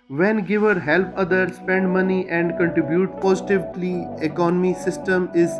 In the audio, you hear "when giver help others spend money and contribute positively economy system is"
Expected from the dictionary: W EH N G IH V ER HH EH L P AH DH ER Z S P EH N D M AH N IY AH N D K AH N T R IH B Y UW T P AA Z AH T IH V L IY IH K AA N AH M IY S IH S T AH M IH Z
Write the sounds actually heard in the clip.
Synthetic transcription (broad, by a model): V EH N G IH V ER HH EH L P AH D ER S P EH N D M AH N IY AH N D K AH N T R IH B Y UW T P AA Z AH T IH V L IY IH K AA N AH M IY S IH S T AH M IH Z